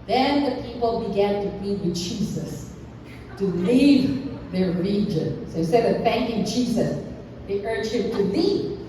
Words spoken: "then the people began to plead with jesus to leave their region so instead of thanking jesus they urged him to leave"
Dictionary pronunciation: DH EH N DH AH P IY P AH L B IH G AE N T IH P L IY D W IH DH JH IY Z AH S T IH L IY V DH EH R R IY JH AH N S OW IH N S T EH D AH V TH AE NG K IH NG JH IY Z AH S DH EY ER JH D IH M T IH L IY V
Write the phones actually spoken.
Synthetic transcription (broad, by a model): DH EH N DH AH P IY P L B IH G AE N T IH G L IY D W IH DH JH IY Z AH S T IH L IY V DH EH R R IY JH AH N S OW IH S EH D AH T TH AE NG K IH NG JH IY Z AH S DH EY ER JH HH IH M T IH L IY